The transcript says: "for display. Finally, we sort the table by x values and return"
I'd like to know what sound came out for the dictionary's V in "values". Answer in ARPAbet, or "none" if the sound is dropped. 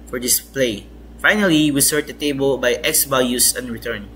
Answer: B